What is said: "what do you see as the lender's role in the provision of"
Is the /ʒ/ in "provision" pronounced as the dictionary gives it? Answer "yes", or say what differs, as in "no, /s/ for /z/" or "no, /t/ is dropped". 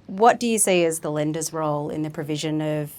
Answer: yes